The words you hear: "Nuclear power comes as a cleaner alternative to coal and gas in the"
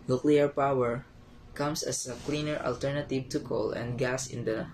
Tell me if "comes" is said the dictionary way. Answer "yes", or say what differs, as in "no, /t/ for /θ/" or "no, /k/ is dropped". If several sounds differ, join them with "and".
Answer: no, /s/ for /z/